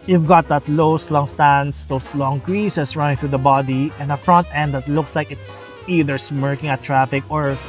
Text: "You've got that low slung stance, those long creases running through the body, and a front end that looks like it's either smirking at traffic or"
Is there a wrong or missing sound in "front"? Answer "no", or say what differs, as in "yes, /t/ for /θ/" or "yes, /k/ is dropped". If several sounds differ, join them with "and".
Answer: no